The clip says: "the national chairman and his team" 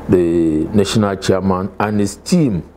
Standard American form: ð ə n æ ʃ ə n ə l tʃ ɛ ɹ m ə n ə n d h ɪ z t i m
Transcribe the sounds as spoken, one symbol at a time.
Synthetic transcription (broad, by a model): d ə n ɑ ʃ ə n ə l tʃ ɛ m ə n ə n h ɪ s t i m